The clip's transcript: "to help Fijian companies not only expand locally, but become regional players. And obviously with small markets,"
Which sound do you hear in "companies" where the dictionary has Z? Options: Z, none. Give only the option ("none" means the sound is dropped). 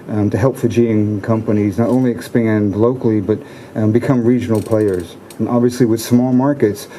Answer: Z